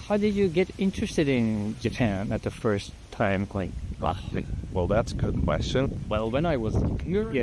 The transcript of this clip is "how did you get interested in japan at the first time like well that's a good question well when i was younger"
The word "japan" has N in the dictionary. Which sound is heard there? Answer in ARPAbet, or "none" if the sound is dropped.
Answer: N